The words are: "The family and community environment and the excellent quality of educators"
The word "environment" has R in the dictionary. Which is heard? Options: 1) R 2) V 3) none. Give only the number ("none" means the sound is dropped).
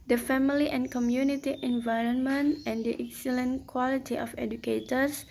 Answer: 1